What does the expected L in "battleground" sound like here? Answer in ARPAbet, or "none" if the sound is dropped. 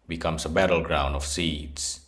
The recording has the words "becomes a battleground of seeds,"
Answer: L